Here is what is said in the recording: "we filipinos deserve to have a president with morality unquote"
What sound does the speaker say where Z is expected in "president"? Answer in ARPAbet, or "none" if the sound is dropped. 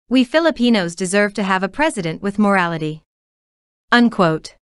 Z